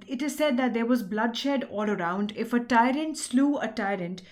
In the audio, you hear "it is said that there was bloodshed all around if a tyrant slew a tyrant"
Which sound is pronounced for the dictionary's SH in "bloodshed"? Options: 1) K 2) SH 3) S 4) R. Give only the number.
2